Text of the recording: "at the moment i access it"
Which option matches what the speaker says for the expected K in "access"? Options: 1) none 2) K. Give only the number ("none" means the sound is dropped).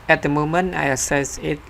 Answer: 1